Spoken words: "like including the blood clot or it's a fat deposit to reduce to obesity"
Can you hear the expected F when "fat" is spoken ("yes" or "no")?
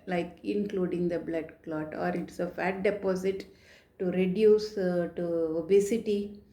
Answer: yes